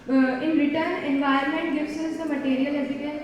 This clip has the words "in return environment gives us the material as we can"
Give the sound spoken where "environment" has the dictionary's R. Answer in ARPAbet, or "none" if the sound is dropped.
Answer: none